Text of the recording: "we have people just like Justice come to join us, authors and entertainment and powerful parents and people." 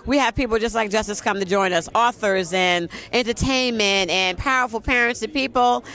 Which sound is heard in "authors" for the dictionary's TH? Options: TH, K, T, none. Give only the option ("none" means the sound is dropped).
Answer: TH